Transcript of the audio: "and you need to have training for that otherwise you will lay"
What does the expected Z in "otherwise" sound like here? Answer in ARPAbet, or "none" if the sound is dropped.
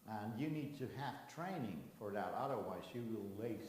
Z